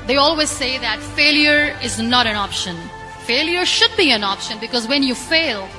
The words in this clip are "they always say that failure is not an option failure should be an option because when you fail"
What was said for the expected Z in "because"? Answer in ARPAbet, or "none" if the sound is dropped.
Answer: Z